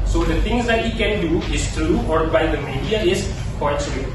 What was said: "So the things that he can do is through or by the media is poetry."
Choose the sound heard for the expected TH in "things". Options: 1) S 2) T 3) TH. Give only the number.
2